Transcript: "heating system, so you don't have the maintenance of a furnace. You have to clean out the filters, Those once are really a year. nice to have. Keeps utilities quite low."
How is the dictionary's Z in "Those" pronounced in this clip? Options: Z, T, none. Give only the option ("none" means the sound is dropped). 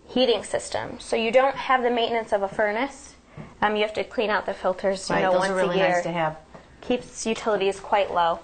none